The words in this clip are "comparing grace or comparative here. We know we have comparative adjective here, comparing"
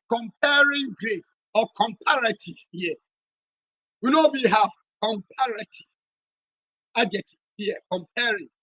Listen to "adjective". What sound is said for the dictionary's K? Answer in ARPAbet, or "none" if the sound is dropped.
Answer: none